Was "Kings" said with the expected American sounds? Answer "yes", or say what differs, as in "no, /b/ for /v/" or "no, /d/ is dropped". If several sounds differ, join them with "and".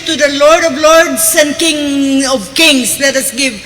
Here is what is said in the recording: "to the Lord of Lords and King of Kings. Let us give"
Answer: no, /s/ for /z/